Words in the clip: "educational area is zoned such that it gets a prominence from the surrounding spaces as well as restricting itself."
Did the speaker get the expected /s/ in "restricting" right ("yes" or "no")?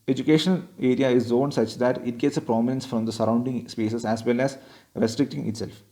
yes